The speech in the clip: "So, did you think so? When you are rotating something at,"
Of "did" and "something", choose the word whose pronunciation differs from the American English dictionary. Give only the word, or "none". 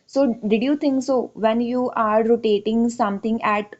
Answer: something